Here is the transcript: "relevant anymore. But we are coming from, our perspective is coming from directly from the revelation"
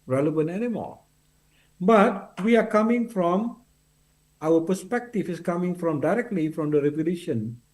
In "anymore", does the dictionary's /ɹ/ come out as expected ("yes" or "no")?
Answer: no